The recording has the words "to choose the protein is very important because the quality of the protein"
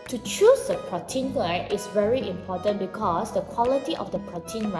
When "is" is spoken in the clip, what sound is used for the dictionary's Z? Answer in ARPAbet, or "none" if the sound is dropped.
S